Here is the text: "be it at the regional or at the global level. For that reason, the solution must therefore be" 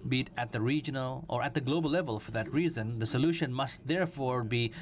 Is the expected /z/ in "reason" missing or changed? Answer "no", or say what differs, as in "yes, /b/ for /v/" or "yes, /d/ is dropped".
no